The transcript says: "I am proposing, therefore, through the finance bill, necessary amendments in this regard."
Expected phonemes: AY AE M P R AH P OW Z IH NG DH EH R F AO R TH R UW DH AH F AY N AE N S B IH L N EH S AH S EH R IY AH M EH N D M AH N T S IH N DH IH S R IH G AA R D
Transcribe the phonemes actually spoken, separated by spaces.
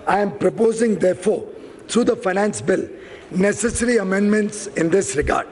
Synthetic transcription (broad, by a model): AY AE M P R AH P OW Z IH NG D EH R F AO R T R UW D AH F AY N AE N S B IH L N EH S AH S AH R IY AH M EH N D M AH N T S IH N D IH S R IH G AA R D